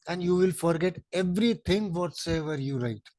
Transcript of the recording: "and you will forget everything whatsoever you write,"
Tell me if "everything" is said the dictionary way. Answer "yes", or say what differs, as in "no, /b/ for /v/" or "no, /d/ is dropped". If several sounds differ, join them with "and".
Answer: no, /t/ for /θ/